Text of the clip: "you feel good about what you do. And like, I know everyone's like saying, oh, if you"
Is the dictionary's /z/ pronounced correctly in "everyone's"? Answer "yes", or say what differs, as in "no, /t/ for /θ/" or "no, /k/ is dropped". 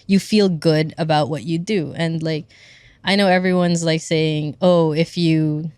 yes